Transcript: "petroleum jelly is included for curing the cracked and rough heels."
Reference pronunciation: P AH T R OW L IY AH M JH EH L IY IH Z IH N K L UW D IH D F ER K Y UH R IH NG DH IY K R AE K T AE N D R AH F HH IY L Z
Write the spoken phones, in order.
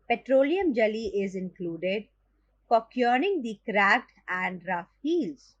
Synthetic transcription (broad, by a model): P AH T R OW L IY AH M JH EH L IY IH Z IH N K L UW D IH D P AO K Y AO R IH NG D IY K R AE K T AE N D R AH F HH IY L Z